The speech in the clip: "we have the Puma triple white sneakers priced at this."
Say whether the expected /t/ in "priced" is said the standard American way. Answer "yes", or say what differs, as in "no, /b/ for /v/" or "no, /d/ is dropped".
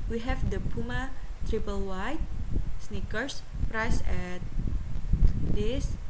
no, /t/ is dropped